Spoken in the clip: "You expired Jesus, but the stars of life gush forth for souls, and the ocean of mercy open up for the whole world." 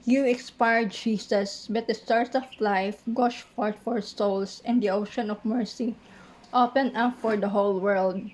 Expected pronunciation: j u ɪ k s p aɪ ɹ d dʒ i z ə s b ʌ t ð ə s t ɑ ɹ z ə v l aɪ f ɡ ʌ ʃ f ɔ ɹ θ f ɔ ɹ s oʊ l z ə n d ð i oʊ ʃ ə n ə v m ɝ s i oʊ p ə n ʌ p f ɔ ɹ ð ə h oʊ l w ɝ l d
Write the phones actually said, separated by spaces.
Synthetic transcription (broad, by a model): j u ɪ k s p aɪ ɹ d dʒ i s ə s b ʌ t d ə s t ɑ ɹ s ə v l aɪ f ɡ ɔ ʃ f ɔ ɹ t f ɔ ɹ s oʊ l s ə n d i oʊ ʃ ə n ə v m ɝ s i oʊ p ə n ʌ p f ɔ ɹ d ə h oʊ l w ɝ l d